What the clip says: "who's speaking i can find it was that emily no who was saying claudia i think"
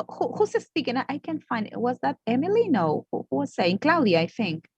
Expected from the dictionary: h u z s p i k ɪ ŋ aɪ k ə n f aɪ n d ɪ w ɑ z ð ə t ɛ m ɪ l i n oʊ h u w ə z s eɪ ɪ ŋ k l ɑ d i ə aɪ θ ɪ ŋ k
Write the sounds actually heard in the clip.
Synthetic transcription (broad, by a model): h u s s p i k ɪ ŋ aɪ k ə n f aɪ n d ɪ w ɑ z ð ə t ɛ m ɪ l i n oʊ h u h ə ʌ s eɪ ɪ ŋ k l ɑ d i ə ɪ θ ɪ ŋ k